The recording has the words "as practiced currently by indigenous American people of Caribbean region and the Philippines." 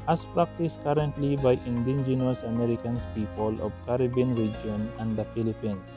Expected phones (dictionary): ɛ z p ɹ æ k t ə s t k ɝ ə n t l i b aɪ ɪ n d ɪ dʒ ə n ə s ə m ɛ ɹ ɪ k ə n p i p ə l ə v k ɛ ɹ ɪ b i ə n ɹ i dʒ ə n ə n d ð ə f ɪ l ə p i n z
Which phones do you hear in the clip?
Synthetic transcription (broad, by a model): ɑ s p ɹ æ k t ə s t k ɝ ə n t l i b aɪ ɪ n d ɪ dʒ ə n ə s ə m ɛ ɹ ɪ k ə n p i p ə l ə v k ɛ ɹ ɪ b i n ɹ i dʒ ə n ə n d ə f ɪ l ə p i n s